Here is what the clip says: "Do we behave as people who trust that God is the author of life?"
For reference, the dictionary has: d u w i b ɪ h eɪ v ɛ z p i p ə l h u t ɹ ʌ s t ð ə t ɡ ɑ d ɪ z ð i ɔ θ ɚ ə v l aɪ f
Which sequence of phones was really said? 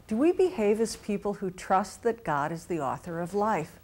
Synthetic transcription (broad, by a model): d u w i b ɪ h eɪ v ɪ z p i p l h u t ɹ ʌ s t ð ə t ɡ ɑ d ɪ z ð i ɔ θ ɚ ə v l aɪ f